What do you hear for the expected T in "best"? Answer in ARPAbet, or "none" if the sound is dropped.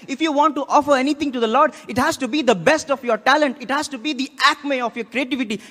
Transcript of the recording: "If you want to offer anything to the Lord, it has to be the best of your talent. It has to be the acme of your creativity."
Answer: T